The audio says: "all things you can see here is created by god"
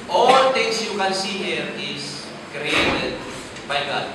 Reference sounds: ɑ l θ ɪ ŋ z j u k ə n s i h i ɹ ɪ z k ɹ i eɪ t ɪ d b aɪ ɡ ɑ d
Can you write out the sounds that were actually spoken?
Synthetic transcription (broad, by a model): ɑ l t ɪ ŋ s j u k ə n s i h i ɹ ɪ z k ɹ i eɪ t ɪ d b aɪ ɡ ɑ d